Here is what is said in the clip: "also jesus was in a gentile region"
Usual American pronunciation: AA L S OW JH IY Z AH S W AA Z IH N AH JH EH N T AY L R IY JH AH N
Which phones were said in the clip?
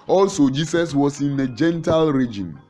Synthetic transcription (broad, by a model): AA L S OW JH IY S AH S W AA S IH N AH JH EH N T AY L R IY JH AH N